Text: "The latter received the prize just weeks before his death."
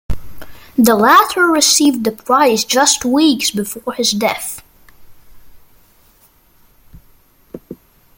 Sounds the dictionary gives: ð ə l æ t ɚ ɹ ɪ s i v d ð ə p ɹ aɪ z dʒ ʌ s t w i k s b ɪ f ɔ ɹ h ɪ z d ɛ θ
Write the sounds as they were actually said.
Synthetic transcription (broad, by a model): ð ə l æ t ɚ ɹ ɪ s i v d ð ə p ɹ aɪ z dʒ ʌ s t w i k s b ɪ f ɔ ɹ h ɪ z d ɛ θ